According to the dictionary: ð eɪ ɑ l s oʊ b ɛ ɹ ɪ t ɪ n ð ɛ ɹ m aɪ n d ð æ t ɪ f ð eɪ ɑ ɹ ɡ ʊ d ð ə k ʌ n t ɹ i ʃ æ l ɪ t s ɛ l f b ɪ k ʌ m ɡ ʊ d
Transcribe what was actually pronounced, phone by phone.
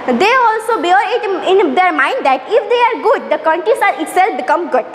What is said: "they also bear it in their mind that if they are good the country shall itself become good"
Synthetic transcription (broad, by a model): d eɪ ɑ l s oʊ b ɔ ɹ ɪ t ɪ n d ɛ ɹ m aɪ n d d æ t ɪ f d eɪ ɑ ɹ ɡ ʊ d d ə k ʌ n t ɹ i s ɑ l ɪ t s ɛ l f b ɪ k ʌ m ɡ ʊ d